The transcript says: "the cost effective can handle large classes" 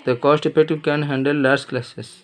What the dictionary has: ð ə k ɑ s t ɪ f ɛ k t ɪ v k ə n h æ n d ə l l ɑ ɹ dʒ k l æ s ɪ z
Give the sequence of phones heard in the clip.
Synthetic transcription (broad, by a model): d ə k ɑ s t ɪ p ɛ t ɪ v k ə n h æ n d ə l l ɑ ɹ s k l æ s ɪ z